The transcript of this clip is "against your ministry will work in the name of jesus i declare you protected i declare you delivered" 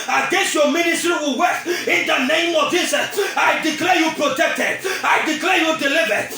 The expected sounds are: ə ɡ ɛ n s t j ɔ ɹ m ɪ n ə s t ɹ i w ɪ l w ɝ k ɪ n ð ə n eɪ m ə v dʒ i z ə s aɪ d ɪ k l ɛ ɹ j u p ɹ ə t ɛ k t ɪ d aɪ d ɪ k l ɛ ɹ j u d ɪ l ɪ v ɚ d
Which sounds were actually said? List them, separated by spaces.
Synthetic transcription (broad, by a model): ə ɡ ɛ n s j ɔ m ɪ n ə s t ɹ i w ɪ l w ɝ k ɪ n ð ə n eɪ m ə v dʒ i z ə s aɪ d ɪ k l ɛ j u p ɹ ə t ɛ k t ɪ d aɪ d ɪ k l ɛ j u d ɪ l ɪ v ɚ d